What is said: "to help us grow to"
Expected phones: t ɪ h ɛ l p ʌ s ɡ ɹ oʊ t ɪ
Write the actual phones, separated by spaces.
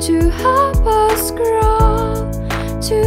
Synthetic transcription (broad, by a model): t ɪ h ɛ p ʌ s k ɹ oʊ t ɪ